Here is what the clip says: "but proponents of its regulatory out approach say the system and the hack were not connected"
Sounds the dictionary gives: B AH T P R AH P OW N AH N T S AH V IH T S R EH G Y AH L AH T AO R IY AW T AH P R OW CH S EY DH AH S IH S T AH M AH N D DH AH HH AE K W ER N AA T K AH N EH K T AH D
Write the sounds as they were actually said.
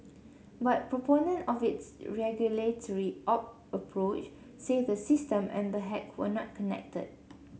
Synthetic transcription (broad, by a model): B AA T P R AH P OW N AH N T AH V IH T S R EH G Y AH L AH T AO R IY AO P AH P R OW CH S EY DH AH S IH S T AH M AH N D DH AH HH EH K W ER N AA T K AH N EH K T AH D